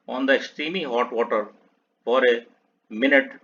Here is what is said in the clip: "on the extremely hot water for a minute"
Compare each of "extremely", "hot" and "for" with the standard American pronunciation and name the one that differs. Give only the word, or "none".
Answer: extremely